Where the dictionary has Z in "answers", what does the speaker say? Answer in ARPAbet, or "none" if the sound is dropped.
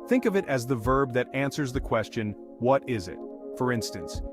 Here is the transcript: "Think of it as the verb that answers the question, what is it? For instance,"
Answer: Z